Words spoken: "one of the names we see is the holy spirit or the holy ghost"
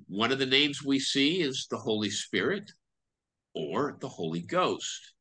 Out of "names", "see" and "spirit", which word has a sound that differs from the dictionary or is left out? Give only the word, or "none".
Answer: none